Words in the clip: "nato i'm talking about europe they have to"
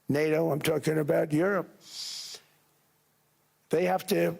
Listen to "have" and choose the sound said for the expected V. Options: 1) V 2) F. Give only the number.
2